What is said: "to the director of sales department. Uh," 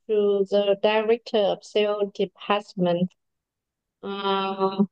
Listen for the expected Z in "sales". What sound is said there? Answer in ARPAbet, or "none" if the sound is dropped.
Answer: none